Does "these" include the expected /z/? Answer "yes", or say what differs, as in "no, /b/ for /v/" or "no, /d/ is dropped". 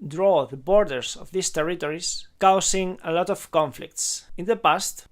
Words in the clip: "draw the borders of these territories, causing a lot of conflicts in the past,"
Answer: no, /s/ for /z/